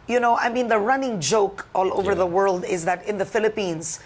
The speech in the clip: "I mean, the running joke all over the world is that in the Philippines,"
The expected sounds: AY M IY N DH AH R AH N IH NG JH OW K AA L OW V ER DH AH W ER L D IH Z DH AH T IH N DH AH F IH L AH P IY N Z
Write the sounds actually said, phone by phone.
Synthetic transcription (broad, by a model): AY M IY N DH AH R AH N IH NG JH OW K AA L OW V ER DH AH W ER L D IH Z DH AH T IH N DH AH F IH L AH P IY N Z